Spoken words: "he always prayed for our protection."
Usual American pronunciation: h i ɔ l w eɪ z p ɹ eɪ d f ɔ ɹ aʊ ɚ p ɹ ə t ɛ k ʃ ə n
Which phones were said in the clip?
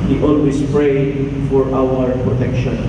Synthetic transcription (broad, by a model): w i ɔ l w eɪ s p ɹ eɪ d f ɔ ɹ aʊ ɚ p ɹ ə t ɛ k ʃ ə n